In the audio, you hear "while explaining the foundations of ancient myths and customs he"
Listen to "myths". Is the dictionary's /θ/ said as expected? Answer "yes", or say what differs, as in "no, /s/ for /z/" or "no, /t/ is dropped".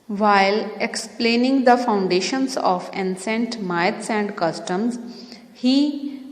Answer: no, /t/ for /θ/